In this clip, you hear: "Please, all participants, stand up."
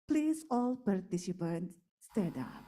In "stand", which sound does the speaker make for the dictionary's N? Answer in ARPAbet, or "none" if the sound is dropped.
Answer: none